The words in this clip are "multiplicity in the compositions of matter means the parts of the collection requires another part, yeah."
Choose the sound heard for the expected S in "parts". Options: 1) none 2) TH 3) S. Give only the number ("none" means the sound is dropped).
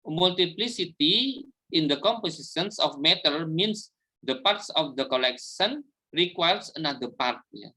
3